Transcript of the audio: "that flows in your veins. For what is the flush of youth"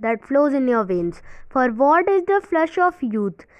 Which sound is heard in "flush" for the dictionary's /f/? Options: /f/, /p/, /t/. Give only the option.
/f/